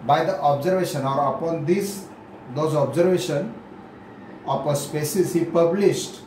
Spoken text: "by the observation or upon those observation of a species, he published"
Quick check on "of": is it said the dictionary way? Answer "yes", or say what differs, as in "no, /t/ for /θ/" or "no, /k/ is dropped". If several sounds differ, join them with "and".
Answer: no, /p/ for /v/